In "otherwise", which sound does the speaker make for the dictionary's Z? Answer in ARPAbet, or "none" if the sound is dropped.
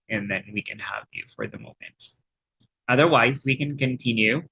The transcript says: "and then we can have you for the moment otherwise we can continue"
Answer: Z